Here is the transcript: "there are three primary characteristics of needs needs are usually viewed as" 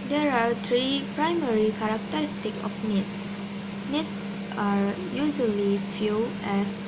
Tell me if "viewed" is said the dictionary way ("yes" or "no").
no